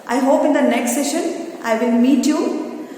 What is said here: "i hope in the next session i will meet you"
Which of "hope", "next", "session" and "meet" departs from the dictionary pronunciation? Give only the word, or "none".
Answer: none